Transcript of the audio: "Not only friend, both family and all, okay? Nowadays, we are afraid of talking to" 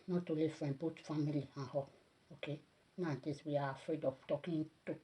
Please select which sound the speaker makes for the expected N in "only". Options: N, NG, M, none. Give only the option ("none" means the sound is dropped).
none